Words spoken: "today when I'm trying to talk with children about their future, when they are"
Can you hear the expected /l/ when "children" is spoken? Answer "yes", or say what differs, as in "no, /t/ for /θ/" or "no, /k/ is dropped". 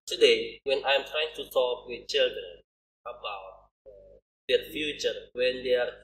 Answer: yes